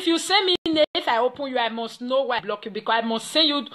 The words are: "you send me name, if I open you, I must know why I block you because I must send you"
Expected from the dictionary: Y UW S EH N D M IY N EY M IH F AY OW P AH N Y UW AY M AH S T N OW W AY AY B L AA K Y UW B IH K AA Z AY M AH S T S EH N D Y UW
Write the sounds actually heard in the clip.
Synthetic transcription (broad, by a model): Y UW S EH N M IY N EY IH F AY OW P AH N Y UW AY M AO S T N OW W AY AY B L AA K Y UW B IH K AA AY M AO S T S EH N Y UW